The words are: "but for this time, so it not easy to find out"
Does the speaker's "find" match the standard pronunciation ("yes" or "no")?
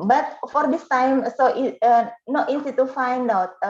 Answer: yes